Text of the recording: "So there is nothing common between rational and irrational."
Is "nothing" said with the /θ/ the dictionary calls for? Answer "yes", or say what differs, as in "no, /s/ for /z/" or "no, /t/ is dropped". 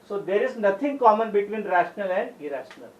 no, /t/ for /θ/